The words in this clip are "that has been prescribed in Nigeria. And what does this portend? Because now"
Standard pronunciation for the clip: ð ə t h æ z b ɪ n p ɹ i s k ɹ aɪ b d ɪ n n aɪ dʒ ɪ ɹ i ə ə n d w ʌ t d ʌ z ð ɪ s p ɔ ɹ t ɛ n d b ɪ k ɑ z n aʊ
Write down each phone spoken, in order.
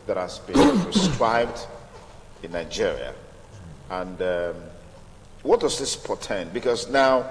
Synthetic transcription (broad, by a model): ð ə t h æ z b ɪ n p ɹ i s k ɹ aɪ b d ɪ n n aɪ dʒ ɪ ɹ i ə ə n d w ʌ t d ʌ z ð ɪ s p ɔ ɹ t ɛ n b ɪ k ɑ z n aʊ